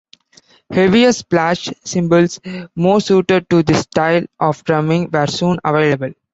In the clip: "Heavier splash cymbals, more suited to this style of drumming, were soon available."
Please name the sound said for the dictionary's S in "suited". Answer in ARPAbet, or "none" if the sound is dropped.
S